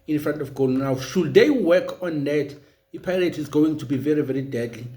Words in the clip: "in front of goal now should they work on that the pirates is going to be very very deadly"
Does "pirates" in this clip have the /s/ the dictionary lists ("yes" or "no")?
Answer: no